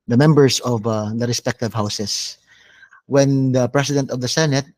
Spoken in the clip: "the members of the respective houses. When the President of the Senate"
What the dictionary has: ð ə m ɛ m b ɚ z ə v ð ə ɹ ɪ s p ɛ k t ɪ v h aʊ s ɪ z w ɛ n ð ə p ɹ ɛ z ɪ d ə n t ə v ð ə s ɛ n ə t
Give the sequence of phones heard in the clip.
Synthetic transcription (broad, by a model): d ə m ɛ m b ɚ s ə v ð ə ɹ ɪ s p ɛ k t ɪ v h aʊ s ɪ s w ɛ n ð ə p ɹ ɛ s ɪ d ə n t ə v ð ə s ɛ n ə t